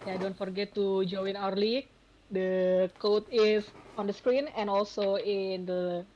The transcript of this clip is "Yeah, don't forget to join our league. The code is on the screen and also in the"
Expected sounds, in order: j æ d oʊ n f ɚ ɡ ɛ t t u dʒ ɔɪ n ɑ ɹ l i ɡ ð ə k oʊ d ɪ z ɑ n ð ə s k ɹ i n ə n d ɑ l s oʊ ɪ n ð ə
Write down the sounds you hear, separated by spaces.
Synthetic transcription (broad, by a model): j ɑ d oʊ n f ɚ ɡ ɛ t t u dʒ ɔɪ n ɑ ɹ l i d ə k oʊ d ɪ s ɑ n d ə s k ɹ i n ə n ɑ l s oʊ ɪ n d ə